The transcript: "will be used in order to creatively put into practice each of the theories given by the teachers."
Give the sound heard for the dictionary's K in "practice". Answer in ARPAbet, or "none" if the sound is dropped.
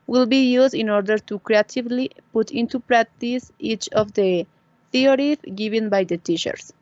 K